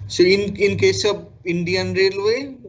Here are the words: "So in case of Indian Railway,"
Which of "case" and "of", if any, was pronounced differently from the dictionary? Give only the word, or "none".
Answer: of